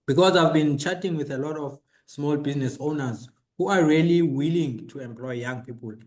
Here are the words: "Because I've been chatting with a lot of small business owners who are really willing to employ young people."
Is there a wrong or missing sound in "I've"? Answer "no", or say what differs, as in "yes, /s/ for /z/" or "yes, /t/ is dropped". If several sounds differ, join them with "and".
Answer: no